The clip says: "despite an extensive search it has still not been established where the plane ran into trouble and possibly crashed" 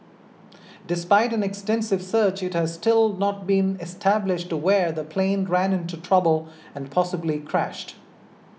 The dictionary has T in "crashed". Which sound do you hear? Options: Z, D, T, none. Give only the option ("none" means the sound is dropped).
T